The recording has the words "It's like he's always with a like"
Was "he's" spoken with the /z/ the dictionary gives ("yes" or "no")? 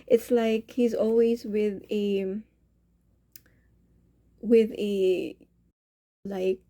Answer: yes